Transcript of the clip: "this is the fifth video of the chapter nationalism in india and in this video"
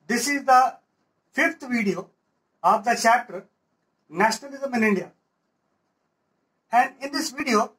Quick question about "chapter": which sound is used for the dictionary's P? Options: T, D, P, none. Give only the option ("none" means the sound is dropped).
none